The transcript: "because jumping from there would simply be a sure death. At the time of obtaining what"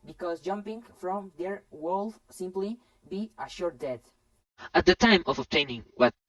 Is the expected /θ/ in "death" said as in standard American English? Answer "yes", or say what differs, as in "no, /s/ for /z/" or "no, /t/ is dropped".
no, /t/ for /θ/